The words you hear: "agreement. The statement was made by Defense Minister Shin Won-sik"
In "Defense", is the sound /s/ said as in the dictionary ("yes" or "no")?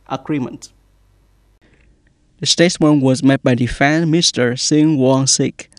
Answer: no